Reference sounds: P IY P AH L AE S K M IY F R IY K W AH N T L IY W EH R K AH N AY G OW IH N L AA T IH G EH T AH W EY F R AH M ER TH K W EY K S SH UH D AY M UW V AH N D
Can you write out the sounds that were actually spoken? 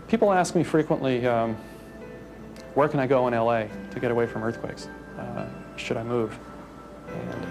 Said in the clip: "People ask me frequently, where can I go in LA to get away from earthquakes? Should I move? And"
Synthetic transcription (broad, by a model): P IY P L AE S K M IY F R IY K W AH N T L IY W EH R K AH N AY G OW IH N L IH T IH G EH T AH W EY F R AH M ER TH K W EY K S SH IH D AY M UW V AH N